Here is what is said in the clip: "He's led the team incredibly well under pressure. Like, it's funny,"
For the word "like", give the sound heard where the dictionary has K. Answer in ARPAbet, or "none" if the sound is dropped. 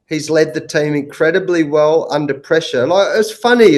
none